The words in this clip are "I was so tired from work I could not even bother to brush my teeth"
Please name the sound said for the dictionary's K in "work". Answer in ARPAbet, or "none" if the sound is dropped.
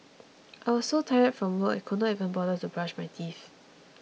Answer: none